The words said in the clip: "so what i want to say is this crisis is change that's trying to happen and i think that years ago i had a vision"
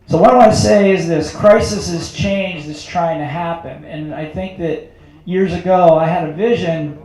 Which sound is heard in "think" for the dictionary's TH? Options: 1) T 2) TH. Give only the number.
2